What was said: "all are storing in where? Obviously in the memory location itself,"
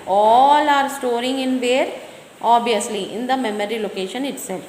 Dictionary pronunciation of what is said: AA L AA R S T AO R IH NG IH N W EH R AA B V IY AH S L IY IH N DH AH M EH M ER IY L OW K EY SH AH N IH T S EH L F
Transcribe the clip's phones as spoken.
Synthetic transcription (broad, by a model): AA L AA R S T AO R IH NG IH N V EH R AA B IY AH S L IY IH N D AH M EH M ER IY L OW K EY SH AH N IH T S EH L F